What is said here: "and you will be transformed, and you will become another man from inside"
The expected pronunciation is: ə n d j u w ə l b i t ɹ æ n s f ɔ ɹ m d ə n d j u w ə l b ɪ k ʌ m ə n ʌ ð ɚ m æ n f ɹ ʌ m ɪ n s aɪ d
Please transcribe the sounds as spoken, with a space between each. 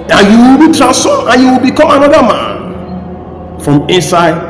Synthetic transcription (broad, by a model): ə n j u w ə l b i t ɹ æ s ɔ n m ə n j u w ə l b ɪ k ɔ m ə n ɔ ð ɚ m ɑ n f ɹ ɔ m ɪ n s aɪ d